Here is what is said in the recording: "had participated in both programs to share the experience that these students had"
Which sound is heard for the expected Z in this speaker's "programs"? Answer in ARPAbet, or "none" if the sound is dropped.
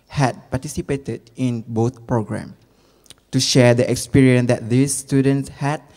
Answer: none